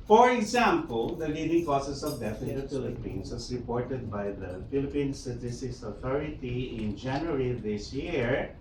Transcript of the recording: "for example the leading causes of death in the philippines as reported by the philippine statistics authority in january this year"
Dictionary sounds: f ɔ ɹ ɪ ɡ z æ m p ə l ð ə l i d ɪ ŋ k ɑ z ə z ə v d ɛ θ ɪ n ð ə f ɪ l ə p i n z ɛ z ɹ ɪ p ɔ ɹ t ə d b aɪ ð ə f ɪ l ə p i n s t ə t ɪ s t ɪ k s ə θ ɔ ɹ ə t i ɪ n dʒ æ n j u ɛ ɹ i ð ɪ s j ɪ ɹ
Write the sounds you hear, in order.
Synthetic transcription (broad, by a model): f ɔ ɹ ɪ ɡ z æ m p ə l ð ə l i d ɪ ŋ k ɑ s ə s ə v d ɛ f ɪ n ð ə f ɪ l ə p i n s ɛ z ɹ ɪ p ɔ ɹ t ə d b aɪ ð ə f ɪ l ə p i n s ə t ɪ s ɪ s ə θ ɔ ɹ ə t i ɪ n dʒ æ n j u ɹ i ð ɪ s j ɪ ɹ